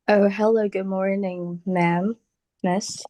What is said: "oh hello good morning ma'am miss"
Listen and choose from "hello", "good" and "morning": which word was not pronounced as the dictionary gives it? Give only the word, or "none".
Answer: none